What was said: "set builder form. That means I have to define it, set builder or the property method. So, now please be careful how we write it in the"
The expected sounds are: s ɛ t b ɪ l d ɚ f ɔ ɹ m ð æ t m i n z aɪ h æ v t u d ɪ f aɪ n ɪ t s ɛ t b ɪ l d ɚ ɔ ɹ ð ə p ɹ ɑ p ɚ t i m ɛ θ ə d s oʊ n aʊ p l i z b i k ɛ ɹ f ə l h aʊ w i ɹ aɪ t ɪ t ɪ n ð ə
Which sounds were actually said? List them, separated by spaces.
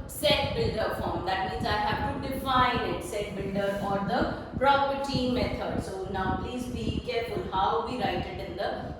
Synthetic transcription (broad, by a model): s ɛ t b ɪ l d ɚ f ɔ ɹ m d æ t m i n z aɪ h æ v t u d ɪ f aɪ n ɪ t s ɛ t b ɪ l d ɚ ɔ ɹ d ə p ɹ ɑ p ɚ t i m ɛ t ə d s oʊ n aʊ p l i z b i k ɛ ɹ f ə l h aʊ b i ɹ aɪ t ɪ t ɪ n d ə